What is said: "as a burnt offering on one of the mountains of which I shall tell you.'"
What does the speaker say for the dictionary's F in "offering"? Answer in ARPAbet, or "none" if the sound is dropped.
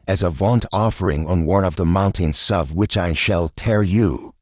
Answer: F